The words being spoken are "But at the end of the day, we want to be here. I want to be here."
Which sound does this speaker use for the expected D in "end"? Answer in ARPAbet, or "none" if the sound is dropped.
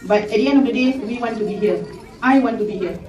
none